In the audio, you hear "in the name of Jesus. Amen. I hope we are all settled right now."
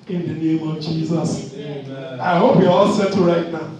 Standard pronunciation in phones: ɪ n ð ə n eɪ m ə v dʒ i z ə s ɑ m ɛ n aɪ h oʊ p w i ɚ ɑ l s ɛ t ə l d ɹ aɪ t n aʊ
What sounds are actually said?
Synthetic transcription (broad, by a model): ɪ n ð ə n eɪ m ə v dʒ i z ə s ɑ ɪ h oʊ p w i ɑ l s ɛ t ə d ɹ aɪ t n aʊ